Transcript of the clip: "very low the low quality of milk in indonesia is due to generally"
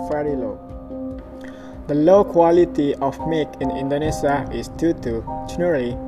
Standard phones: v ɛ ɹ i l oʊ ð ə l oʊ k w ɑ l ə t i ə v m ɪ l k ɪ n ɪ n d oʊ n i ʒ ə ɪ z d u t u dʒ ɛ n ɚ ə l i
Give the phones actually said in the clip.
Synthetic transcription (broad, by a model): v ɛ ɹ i l oʊ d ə l oʊ k w ɑ l ə t i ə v m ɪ k ɪ n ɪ n d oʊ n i s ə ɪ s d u t u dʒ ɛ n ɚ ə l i